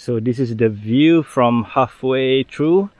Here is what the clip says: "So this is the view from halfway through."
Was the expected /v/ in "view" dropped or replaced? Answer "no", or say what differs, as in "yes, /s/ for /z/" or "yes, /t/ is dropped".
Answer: no